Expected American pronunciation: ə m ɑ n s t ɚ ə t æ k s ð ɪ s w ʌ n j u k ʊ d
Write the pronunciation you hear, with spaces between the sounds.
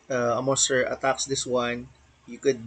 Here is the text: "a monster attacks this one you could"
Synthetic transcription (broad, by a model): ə m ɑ s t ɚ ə t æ k s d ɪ s w ʌ n j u k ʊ d